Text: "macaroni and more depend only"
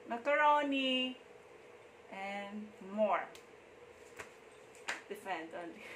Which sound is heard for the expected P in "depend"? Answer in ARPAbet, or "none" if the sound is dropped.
F